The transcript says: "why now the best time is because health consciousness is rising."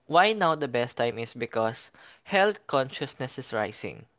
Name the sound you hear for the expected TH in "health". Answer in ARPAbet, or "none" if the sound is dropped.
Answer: T